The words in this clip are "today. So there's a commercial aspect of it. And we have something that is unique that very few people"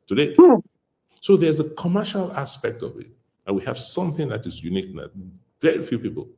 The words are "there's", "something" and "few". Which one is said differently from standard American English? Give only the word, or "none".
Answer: none